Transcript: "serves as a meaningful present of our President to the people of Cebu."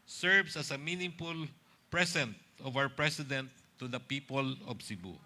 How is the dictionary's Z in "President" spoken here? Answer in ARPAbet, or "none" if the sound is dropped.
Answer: S